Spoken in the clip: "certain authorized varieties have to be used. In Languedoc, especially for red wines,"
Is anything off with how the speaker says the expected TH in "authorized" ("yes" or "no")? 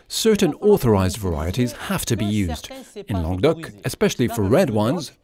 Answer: no